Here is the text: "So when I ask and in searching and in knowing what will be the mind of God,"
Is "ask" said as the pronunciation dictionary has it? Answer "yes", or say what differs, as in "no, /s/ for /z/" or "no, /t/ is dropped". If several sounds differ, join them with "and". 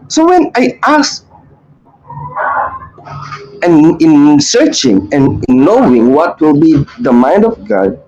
no, /k/ is dropped